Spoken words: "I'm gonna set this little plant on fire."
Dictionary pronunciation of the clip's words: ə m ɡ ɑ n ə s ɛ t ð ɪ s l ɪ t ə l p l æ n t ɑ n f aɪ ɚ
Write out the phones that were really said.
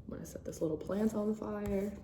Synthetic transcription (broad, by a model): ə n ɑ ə s ɛ t ð ɪ s l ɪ t l p l æ n t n f aɪ ɚ